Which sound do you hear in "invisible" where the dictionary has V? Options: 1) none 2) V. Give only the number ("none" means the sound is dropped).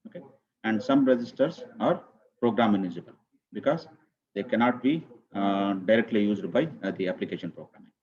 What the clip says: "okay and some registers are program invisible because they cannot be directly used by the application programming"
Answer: 1